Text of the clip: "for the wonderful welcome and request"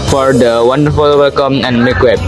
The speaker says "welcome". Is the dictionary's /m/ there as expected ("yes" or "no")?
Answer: yes